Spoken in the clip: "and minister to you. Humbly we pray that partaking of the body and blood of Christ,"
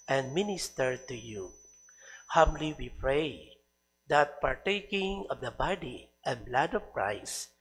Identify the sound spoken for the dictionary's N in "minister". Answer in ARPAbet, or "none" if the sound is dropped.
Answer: N